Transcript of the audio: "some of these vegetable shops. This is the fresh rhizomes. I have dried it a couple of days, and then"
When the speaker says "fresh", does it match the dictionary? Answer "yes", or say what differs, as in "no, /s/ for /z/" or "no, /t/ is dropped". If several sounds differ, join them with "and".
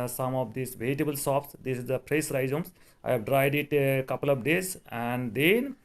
no, /p/ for /f/ and /s/ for /ʃ/